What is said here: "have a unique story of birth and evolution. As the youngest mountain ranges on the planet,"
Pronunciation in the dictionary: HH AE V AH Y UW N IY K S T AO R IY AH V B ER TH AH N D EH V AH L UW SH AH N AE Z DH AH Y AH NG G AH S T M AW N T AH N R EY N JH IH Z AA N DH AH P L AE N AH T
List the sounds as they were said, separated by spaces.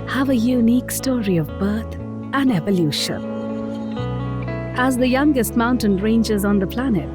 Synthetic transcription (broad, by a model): HH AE V AH Y UW N IY K S T AO R IY AH V B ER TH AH N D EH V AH L UW SH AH N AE Z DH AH Y AH NG G AH S T M AW N T AH N R EY N JH IH Z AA N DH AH P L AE N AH T